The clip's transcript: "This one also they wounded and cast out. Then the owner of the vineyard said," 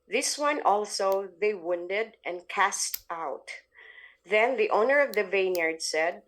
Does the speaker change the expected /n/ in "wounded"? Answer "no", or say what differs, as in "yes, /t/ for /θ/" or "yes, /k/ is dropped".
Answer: no